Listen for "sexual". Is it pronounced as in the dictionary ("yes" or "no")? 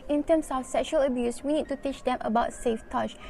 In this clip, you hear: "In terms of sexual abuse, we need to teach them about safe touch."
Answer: yes